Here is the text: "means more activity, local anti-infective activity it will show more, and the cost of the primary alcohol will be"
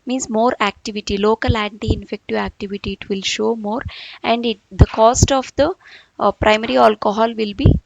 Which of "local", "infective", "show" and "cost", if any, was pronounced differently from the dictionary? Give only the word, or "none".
none